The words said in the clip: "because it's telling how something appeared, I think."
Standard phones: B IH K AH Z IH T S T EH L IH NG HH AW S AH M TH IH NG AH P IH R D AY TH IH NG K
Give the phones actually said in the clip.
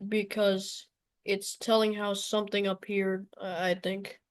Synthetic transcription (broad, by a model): B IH K AH Z IH T S T EH L IH NG HH AW S AH M TH IH NG AH P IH R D AY TH IH NG K